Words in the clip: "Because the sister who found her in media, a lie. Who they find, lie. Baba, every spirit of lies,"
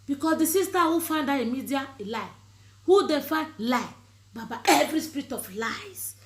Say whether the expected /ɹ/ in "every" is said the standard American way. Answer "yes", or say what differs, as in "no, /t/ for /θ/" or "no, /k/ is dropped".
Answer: yes